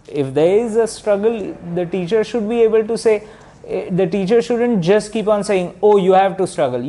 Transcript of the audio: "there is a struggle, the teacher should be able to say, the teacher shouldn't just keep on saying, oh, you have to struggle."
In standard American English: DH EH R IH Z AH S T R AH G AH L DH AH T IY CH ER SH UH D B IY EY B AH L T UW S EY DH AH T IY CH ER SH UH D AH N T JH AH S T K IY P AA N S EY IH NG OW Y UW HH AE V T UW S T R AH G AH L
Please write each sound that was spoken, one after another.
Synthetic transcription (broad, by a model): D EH R IH Z AH S T R AH G AH L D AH T IY CH ER SH UH D B IY EY B AH L T UW S EY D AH T IY CH ER SH UH D AH N T JH AH S T K IY P AA N S EY IH NG OW Y UW HH AE V T UW S T R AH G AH L